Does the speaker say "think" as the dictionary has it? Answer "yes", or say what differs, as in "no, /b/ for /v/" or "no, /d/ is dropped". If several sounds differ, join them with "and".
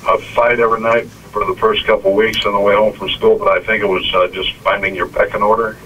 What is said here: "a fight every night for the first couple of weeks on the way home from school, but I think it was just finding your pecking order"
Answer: yes